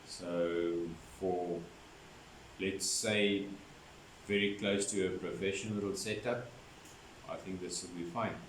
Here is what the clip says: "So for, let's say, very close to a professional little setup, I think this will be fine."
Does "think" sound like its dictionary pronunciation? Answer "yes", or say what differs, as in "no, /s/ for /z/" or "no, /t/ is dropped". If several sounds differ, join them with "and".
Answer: yes